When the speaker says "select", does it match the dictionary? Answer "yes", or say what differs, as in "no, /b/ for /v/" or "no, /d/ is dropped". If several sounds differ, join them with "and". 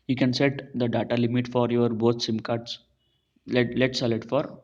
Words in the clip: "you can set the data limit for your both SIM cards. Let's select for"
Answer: no, /k/ is dropped